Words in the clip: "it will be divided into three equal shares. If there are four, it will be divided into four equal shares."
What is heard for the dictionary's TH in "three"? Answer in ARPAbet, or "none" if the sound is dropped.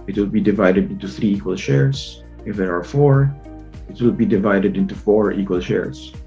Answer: TH